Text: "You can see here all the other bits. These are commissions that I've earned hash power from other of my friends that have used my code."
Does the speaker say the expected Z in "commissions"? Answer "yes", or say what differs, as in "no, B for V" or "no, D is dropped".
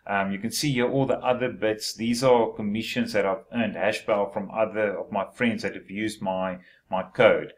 yes